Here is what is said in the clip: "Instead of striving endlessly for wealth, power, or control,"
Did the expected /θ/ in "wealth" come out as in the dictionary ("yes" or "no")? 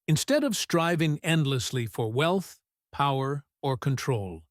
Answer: yes